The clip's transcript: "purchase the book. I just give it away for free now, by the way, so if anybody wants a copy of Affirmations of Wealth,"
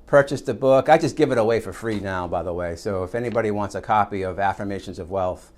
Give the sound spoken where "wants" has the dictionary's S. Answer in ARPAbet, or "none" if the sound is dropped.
S